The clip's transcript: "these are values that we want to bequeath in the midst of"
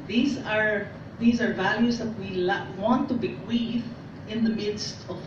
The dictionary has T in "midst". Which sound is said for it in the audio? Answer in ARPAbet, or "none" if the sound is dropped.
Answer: T